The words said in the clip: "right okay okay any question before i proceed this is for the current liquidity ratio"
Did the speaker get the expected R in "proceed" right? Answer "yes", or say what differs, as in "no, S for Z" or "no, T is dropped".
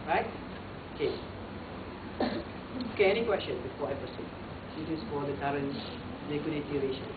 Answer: no, R is dropped